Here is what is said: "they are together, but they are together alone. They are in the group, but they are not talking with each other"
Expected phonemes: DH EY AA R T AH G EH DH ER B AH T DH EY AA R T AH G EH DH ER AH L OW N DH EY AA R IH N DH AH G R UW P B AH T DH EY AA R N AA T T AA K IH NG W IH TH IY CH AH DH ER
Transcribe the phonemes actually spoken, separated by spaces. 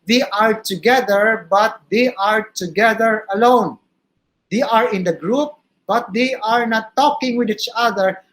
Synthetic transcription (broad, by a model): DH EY AA R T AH G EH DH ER B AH T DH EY AA R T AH G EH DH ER AH L OW N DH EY AA R IH N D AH G R UW P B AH T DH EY AA R N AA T T AA K IH NG W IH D IY CH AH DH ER